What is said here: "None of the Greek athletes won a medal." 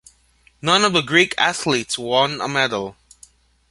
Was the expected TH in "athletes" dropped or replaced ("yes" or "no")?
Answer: no